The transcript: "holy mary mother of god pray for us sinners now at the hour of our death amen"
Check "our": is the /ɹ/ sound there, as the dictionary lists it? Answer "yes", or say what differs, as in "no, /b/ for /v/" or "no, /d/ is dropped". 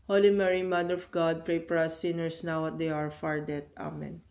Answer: yes